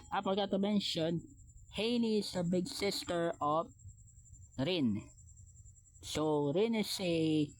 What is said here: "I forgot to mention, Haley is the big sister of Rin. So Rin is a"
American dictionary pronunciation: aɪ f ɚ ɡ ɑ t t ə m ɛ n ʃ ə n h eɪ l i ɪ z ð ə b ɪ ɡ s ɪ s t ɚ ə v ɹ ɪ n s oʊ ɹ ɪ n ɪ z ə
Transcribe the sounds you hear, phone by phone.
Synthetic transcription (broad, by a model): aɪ p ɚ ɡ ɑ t t ə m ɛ n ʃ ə n h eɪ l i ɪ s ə b ɪ ɡ s ɪ s t ɚ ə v ɹ ɪ n s oʊ ɹ ɪ n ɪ s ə